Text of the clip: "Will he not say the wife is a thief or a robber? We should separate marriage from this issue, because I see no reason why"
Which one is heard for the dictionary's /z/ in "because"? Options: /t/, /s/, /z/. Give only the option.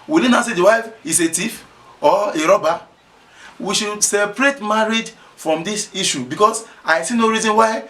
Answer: /s/